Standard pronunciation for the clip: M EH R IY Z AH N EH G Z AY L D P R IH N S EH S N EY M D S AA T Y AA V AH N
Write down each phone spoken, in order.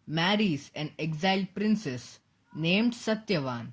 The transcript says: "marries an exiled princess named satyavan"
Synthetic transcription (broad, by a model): M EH R IY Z AH N EH G Z AY L D P R IH N S EH S N EY M D S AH T Y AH V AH N